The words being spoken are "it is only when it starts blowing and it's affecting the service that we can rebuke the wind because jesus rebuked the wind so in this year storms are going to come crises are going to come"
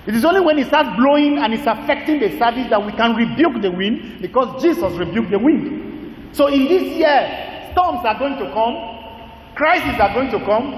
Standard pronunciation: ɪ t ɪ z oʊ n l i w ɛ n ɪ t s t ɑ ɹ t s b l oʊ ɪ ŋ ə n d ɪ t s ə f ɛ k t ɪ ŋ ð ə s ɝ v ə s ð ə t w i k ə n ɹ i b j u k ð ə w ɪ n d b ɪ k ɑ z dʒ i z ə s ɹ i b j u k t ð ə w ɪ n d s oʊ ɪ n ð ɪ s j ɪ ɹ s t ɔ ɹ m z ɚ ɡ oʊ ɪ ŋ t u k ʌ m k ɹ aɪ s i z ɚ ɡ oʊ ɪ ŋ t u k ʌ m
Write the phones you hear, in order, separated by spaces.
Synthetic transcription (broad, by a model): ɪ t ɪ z oʊ n l i w ɛ n ɪ t s t ɑ t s b l oʊ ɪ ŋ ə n ɪ t s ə f ɛ k t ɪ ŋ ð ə s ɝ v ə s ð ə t w i k ə n ɹ i b j u k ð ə w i n d b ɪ k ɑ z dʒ i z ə s ɹ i b j u k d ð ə w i n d s oʊ ɪ n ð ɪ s j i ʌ s t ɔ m s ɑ ɡ oʊ ɪ ŋ t u k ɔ m k ɹ aɪ s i s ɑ ɡ oʊ ɪ ŋ t u k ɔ m